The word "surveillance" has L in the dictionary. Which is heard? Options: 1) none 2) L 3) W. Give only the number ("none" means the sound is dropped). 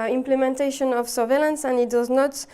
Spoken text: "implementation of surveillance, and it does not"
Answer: 2